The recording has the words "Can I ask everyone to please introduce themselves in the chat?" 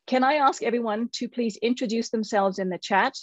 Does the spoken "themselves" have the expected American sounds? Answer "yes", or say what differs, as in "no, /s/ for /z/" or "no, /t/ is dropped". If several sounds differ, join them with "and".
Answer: yes